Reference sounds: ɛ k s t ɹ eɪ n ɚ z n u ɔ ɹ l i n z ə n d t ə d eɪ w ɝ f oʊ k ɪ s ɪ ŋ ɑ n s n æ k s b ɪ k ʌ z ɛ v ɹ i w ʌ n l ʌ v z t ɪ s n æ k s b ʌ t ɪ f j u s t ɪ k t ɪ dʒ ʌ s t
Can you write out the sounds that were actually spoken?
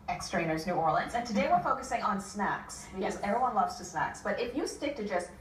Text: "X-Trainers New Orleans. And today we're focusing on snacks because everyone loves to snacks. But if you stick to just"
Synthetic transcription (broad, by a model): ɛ k s t ɹ eɪ n ɚ z n u ɔ ɹ l i n z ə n t ə d eɪ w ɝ f oʊ k ɪ s ɪ ŋ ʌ n s n æ k s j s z ɛ v ɹ i w ʌ n l ʌ v z t ɪ s n æ k s b ʌ t ɪ f j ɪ s t ɪ k t ɪ dʒ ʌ s t